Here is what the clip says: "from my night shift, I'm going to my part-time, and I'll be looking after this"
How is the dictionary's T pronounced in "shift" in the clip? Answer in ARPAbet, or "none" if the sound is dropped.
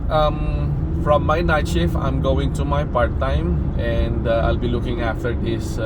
none